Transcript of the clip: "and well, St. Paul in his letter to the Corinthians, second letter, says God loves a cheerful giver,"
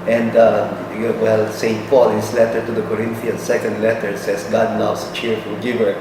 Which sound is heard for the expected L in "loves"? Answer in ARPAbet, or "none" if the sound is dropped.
N